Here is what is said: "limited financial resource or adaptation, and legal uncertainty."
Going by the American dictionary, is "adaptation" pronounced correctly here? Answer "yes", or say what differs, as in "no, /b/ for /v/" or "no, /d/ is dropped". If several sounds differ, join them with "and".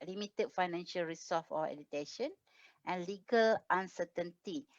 no, /p/ is dropped